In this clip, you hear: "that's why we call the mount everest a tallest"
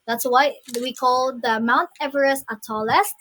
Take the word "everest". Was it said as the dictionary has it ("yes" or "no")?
no